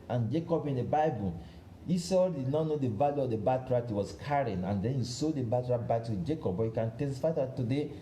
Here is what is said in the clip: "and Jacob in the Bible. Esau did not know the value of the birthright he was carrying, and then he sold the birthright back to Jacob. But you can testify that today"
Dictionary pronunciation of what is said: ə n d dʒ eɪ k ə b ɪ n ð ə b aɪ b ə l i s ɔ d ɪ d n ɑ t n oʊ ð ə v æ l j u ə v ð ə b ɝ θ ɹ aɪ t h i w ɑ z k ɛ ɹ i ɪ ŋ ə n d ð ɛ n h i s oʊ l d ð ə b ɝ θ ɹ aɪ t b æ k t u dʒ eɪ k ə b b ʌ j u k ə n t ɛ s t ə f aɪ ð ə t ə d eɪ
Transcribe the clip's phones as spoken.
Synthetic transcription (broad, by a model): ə n dʒ eɪ k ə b ɪ n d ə b aɪ b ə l i s ɔ d ɪ d n ɑ t n oʊ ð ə v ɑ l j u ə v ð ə b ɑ t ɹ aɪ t h i w ɑ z k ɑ ɹ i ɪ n ə n d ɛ n h i s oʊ d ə b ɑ t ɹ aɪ b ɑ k t u dʒ eɪ k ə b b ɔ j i k ə n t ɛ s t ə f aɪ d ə t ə d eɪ